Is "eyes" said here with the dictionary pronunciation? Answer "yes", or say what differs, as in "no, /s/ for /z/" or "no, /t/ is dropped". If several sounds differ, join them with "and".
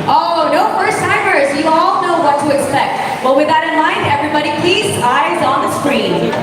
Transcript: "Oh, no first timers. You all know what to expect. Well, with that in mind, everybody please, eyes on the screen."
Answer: yes